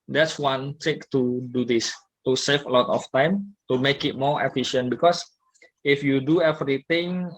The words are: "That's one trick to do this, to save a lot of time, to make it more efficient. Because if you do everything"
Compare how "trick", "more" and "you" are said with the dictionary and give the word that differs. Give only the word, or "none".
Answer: trick